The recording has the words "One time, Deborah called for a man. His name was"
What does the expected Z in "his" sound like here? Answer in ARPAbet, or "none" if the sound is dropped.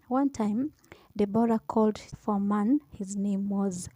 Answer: Z